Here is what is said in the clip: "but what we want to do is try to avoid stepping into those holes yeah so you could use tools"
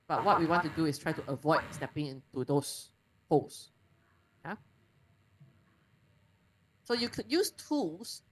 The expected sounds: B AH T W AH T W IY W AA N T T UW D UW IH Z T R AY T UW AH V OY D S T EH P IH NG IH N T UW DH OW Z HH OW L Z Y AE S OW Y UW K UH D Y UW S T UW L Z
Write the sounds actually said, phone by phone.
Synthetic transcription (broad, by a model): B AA T W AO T W IY W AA N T T UW D UW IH S T R AY T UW AH V OY D S T EH P IH NG IH N T UW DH OW S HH OW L S Y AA S OW Y UW K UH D Y UW S T UW L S